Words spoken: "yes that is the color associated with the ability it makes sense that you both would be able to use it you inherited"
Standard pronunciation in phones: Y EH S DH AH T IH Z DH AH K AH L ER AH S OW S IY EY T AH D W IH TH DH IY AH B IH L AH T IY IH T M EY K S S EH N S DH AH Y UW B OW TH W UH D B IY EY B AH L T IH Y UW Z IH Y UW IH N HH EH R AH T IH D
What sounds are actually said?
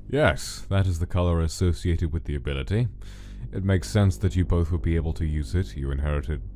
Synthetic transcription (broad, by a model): Y EH S DH AH T IH Z DH AH K AH L ER AH S OW S IY EY T AH D W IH DH IY AH B IH L AH T IY IH T M EY K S S EH N S DH AH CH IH B OW TH W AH D B IY EY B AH L T IH Y UW Z IH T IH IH N HH EH R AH T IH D